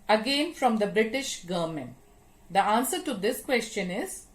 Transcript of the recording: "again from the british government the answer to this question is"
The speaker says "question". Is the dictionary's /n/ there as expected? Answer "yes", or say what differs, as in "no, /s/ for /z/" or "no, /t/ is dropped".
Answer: yes